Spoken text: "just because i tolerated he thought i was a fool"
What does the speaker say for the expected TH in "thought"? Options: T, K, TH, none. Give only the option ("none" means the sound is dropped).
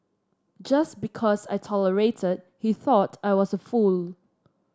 TH